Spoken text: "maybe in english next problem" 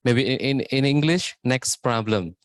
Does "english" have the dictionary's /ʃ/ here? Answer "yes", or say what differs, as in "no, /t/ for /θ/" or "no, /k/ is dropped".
yes